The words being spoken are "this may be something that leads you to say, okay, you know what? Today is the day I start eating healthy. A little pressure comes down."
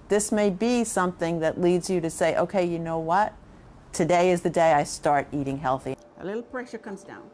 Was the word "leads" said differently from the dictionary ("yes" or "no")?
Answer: no